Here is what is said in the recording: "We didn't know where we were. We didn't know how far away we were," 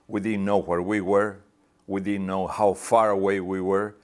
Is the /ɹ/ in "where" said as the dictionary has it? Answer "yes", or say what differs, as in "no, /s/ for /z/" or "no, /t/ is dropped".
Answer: yes